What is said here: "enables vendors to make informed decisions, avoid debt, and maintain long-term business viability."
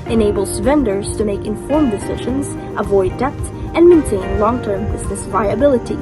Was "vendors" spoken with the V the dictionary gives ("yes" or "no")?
yes